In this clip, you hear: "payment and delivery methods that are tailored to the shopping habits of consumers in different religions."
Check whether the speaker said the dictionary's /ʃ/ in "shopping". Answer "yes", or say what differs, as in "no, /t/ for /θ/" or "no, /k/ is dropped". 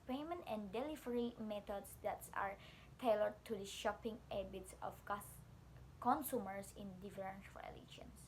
yes